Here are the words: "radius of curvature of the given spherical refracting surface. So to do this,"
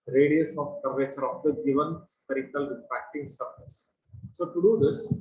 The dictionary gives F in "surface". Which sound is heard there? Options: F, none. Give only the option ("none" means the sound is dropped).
none